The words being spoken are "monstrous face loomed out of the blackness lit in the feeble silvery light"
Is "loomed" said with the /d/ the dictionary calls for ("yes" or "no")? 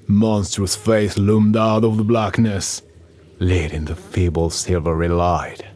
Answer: yes